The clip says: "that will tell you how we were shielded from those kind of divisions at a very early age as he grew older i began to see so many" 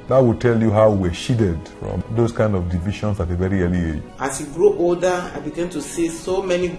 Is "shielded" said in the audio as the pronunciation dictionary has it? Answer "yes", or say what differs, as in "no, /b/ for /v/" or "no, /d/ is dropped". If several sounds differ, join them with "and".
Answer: no, /l/ is dropped